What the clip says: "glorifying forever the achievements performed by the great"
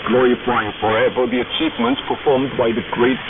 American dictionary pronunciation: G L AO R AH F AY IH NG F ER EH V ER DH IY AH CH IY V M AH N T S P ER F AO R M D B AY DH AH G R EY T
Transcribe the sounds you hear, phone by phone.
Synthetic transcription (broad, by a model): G L AO R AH F AY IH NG F ER EH V ER DH IY AH CH IY V M AH N T S P ER F AO R M D B AY DH AH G R EY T